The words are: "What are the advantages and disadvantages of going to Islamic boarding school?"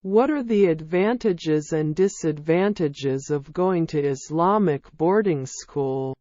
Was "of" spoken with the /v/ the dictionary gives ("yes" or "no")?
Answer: yes